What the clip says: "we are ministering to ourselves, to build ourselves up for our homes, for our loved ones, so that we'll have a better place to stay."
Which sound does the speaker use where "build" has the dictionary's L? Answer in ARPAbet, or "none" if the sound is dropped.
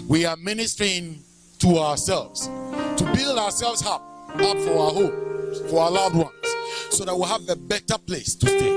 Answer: L